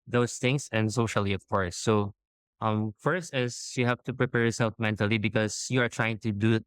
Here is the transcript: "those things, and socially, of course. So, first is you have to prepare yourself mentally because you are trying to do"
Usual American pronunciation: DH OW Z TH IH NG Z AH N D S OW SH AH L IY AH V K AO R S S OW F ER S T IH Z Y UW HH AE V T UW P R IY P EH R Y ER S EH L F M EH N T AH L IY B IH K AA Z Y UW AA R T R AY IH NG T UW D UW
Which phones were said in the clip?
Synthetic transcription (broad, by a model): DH OW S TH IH NG S AH N D S OW SH AH L IY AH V K AO R S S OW F ER S T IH S Y UW HH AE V T UW P R IY P EH R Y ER S EH L F M EH N T AH L IY B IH K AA S Y UW AA R T R AY IH NG T UW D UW